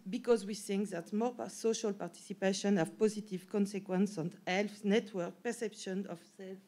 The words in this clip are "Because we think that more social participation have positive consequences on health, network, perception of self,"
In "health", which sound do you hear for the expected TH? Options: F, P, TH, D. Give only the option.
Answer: F